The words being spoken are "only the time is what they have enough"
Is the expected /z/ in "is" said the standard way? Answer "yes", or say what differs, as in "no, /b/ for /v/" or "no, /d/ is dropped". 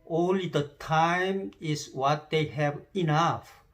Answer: no, /s/ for /z/